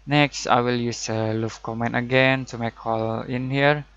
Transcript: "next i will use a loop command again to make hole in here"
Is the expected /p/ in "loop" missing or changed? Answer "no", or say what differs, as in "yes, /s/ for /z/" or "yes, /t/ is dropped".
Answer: yes, /f/ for /p/